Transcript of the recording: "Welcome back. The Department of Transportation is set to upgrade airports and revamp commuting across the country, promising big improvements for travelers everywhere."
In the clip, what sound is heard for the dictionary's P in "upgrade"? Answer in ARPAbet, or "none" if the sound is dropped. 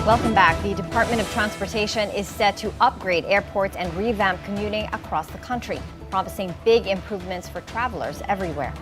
P